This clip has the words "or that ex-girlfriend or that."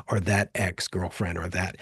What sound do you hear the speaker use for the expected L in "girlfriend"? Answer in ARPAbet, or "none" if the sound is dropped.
L